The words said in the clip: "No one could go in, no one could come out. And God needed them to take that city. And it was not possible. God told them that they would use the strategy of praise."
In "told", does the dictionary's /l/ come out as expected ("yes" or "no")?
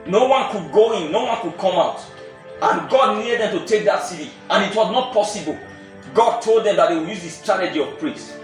yes